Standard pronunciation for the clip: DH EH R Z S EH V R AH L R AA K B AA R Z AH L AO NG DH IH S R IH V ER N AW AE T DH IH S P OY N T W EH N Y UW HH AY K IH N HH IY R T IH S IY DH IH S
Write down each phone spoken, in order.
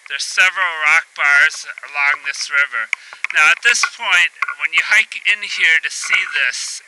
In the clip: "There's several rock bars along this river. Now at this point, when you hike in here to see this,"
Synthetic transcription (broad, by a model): DH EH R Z S EH V R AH L R AA K B AA R Z AH L AO NG DH IH S R IH V ER N AW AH T DH IH S P OY N T W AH N Y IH HH AY K IH N HH IY R T IH S IY DH IH S